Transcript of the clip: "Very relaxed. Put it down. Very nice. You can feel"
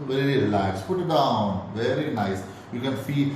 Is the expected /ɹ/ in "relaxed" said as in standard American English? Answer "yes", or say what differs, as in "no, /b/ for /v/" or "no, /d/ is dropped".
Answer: no, /l/ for /ɹ/